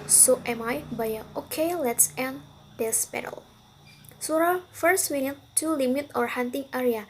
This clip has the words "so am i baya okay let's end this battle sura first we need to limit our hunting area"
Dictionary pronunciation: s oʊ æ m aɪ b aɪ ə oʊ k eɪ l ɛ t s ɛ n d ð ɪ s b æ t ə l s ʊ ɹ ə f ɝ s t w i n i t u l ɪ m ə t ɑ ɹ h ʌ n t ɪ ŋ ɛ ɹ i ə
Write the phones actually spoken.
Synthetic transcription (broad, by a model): s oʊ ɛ m aɪ b aɪ ə oʊ k eɪ l ɛ t s ɛ n d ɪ s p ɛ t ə l s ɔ ɹ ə f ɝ s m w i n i t u l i m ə t ɑ ɹ h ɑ n t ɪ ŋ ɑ ɹ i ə